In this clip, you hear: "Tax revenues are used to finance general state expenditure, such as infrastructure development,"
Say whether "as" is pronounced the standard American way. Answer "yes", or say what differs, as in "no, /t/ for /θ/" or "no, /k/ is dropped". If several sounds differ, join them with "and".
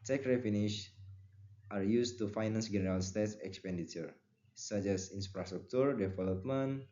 no, /s/ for /z/